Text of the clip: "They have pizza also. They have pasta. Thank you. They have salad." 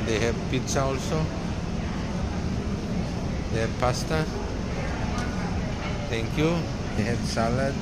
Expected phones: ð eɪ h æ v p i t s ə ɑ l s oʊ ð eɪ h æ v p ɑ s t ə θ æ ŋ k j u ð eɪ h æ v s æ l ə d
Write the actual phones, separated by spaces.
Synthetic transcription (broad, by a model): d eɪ h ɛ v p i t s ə ɑ l s oʊ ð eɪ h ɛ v p ɑ s t ə t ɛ ŋ k j u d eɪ h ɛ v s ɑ l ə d